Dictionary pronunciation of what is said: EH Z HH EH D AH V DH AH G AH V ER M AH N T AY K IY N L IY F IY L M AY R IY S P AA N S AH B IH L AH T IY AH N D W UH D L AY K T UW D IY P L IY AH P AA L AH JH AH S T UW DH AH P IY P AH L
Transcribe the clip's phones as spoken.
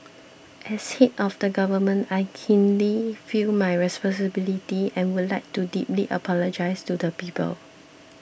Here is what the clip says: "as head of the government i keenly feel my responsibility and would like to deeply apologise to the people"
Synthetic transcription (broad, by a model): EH S HH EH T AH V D AH G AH V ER M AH N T AY K IY N L IY F IY L M AY R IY S P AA N S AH B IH L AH T IY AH N W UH D L AY K T UW D IY P L IY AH P AA L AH JH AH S T UW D AH P IY P AH L